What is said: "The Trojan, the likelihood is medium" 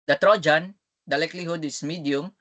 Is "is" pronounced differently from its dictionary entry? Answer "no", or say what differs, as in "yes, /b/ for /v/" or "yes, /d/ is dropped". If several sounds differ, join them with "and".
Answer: yes, /s/ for /z/